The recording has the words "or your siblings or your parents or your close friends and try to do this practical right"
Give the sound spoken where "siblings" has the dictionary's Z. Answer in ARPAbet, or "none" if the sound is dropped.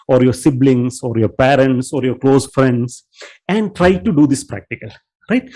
S